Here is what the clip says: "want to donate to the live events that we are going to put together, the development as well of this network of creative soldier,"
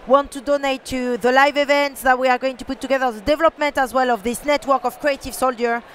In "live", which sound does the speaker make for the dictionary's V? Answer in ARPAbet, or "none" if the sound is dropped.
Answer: V